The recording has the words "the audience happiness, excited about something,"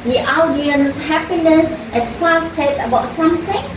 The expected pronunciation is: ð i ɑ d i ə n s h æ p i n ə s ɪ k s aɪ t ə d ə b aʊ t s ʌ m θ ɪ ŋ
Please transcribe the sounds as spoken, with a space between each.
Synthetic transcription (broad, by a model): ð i ɑ d i ə n s h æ p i n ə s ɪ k s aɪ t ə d ə b aʊ t s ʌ m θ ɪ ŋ